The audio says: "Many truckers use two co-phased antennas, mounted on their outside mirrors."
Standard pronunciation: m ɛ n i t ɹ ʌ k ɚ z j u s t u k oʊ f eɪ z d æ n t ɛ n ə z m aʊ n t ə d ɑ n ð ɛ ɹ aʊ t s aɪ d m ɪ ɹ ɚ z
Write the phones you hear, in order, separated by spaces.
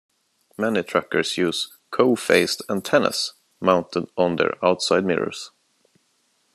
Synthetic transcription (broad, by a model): m ɛ n i t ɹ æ k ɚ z j u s k oʊ f eɪ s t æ n t ɛ n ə s m aʊ n t ə d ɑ n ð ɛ ɹ aʊ t s aɪ d m ɪ ɹ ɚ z